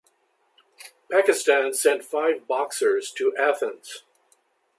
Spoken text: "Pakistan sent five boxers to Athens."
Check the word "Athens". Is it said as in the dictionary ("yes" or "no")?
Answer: yes